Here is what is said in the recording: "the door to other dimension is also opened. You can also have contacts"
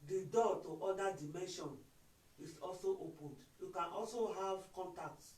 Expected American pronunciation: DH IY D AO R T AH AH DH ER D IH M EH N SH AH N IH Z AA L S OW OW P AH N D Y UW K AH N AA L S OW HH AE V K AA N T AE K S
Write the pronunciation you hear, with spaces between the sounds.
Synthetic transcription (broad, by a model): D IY D AO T T AH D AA D IH M EH N SH AH N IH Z AA L S OW OW P AH N D Y UW K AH N AA L S OW HH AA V K AA N T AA K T